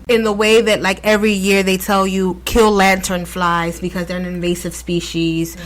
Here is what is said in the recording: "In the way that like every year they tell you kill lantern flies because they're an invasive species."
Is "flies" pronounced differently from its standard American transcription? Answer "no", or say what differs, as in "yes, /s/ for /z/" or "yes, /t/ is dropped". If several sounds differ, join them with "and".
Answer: no